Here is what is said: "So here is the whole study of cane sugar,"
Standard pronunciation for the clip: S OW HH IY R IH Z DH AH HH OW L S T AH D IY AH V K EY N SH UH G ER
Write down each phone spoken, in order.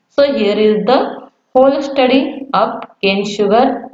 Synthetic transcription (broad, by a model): S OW HH IY R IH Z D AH HH OW L S T AH D IY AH P K EY N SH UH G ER